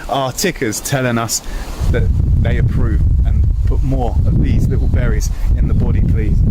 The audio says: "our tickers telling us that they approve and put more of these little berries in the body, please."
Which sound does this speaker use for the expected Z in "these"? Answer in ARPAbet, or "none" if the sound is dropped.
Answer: Z